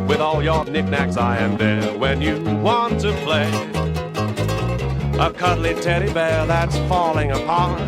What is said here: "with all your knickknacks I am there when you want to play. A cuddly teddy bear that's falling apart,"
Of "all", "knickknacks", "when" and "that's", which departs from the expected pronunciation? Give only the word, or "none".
none